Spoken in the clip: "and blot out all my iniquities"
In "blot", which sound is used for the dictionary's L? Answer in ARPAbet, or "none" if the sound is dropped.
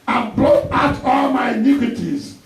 none